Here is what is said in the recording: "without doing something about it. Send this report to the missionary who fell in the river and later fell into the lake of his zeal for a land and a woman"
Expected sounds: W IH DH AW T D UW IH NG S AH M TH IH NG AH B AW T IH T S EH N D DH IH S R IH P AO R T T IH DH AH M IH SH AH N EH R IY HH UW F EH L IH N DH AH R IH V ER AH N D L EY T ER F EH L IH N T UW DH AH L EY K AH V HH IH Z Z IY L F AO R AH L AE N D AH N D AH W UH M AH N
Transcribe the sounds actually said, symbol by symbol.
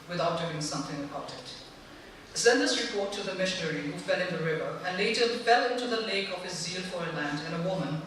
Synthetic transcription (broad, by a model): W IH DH AW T D UW IH NG S AH M TH IH NG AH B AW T IH T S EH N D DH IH S R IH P AO R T T IH DH AH M IH SH AH N EH R IY HH UW F EH L IH N DH AH R IH V ER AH N L EY T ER F EH L IH N T UW DH AH L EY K AH V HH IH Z Z IY L F AO R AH L AE N D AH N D AH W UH M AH N